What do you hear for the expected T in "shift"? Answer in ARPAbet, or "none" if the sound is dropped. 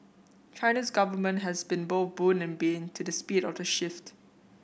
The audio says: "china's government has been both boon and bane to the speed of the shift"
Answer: T